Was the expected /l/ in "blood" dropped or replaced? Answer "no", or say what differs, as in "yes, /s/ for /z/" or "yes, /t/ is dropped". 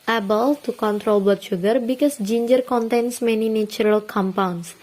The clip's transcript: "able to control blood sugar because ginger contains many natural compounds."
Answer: yes, /l/ is dropped